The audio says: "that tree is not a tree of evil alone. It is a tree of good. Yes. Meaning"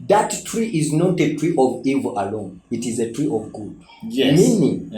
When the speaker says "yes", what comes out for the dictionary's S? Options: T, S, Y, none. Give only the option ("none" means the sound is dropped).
none